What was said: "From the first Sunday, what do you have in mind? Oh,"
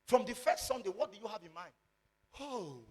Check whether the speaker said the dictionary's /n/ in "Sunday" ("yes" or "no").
yes